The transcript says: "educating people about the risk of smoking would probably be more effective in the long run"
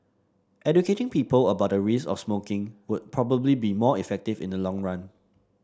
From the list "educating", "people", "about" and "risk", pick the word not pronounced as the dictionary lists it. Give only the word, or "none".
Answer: risk